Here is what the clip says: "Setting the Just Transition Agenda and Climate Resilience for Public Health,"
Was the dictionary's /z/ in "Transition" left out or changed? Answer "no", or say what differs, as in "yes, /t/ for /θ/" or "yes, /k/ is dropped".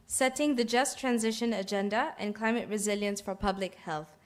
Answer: no